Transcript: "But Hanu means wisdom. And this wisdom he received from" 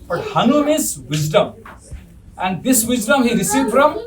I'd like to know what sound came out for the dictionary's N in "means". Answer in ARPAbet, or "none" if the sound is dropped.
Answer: none